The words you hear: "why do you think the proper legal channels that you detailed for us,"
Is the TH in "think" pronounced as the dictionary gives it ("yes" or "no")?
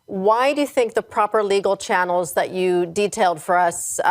yes